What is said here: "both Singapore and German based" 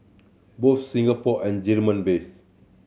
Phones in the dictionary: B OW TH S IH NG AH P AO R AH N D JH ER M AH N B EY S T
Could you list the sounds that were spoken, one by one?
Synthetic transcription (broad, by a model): B OW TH S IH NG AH P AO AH N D JH ER M AH N B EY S